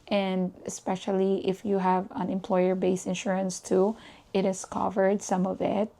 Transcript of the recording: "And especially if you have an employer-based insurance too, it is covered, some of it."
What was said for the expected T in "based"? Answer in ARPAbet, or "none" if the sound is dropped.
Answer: none